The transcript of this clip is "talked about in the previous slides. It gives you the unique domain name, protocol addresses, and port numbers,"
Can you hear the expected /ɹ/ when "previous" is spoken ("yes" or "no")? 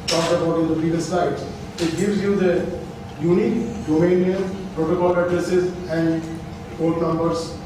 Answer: no